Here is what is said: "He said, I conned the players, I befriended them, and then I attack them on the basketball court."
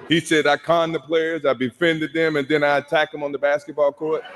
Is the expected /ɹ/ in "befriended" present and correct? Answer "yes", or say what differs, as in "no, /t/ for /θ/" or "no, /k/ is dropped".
no, /ɹ/ is dropped